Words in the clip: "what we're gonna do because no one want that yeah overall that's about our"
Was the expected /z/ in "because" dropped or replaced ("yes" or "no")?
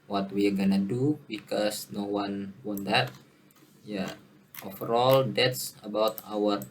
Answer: yes